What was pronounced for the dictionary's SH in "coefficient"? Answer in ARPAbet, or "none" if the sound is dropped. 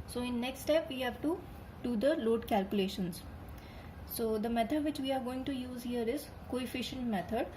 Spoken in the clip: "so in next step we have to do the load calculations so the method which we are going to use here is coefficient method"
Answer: SH